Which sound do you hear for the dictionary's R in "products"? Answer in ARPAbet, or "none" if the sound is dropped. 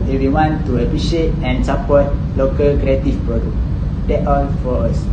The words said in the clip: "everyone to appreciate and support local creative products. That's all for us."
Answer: none